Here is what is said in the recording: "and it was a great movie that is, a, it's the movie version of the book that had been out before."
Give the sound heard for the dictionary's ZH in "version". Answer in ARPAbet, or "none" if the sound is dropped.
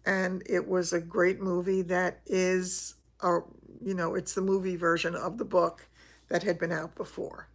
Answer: ZH